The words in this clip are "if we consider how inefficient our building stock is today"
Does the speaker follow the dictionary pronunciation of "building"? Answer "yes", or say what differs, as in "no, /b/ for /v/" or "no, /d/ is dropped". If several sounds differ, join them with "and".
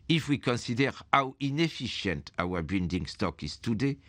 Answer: no, /n/ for /l/